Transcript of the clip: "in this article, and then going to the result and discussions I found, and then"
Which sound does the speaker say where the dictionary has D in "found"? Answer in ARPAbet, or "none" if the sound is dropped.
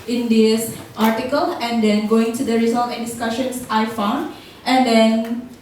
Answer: D